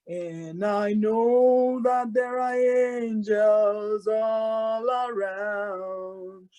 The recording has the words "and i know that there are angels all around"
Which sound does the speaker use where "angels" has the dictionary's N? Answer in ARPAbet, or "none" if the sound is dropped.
N